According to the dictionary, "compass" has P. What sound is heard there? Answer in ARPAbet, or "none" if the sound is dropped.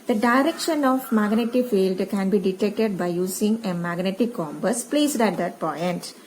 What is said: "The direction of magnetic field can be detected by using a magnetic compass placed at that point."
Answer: B